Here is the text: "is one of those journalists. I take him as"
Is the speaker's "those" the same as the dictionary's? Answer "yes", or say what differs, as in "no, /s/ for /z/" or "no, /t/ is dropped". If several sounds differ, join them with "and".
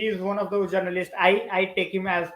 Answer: no, /z/ is dropped